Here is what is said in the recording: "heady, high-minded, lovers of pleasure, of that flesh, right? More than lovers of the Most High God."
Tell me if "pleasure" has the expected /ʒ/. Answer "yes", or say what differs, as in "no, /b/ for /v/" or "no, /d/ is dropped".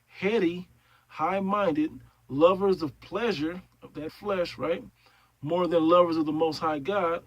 yes